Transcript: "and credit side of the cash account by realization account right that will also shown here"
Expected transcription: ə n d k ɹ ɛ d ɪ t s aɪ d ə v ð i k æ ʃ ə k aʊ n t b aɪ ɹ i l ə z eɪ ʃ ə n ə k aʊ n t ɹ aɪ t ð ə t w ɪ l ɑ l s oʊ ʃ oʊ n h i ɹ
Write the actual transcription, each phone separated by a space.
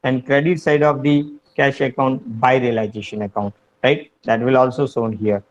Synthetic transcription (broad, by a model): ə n d k ɹ ɛ d ɪ t s aɪ d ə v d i k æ ʃ ə k aʊ n t b aɪ ɹ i l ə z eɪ ʃ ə n ə k aʊ n t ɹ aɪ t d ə t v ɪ l ɑ l s oʊ s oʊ n h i ɹ